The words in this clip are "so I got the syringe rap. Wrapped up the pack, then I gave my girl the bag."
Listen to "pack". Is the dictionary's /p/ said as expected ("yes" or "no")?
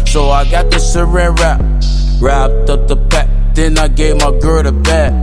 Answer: no